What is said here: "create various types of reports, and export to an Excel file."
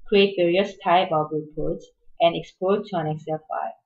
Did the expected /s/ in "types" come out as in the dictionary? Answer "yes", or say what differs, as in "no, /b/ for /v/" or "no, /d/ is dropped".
no, /s/ is dropped